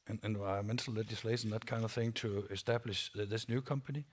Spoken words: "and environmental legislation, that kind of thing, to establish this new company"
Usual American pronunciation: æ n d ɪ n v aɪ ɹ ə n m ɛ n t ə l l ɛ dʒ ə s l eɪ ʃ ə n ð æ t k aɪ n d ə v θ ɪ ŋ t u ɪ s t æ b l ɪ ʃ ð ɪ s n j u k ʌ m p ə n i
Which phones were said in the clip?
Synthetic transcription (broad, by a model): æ n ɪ n v aɪ ɹ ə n m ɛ n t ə l l ɛ dʒ ə s l eɪ ʃ ə n ð æ t k aɪ n d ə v θ ɪ ŋ t u ɪ s t æ b l ɪ ʃ ð ɪ s n j u k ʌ m p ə n i